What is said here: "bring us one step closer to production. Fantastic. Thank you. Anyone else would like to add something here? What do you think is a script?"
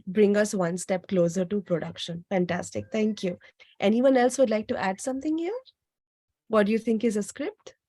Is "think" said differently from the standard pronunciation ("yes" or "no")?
yes